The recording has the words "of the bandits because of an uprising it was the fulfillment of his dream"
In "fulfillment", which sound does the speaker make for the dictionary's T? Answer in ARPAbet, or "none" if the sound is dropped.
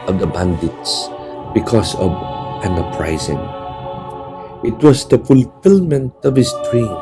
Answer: T